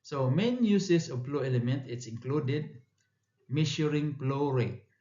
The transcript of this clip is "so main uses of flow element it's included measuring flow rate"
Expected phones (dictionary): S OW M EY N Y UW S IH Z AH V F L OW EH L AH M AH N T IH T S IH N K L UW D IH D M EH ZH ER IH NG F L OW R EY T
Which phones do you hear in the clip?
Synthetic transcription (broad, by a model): S OW M EY N Y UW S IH S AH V P L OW EH L AH M AH N T IH T S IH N K L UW D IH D M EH SH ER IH NG P L OW R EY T